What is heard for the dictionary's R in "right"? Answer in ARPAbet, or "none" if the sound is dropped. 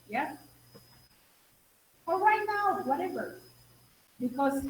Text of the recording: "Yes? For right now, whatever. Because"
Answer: W